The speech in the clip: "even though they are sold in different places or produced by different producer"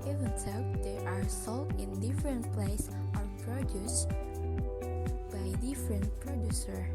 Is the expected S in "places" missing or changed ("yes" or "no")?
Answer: yes